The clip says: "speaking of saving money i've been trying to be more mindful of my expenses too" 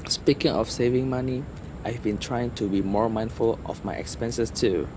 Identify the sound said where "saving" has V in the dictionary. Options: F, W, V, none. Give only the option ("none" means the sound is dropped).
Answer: V